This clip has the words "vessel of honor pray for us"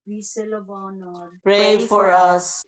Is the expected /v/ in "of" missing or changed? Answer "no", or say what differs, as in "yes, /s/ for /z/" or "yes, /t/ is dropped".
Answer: yes, /b/ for /v/